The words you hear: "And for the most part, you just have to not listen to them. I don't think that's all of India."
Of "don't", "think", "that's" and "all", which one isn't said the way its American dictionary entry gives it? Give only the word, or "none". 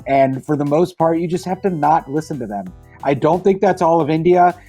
none